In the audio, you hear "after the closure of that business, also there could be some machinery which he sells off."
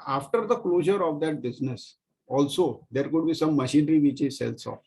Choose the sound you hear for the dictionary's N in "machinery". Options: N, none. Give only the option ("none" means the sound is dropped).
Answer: N